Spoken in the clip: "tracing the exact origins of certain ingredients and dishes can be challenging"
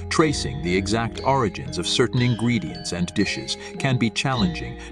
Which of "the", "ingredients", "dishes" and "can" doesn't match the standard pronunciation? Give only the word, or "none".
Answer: none